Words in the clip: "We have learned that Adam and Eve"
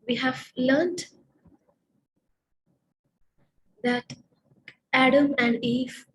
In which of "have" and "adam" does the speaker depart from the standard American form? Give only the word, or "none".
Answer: none